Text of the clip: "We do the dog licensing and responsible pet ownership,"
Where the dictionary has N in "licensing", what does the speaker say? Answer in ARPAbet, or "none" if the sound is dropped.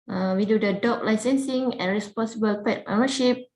N